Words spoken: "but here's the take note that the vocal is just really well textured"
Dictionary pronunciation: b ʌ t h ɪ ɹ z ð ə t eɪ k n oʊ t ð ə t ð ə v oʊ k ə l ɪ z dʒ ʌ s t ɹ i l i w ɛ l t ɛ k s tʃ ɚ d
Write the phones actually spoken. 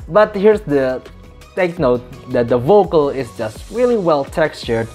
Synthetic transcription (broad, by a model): b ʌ t h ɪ ɹ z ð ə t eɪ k n oʊ t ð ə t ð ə v oʊ k ə l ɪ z dʒ ʌ s t ɹ i l i w ɛ l t ɛ k s tʃ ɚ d